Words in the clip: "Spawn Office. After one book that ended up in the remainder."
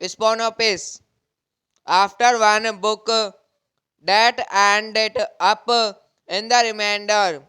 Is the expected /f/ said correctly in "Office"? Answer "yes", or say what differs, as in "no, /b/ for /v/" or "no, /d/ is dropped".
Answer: no, /p/ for /f/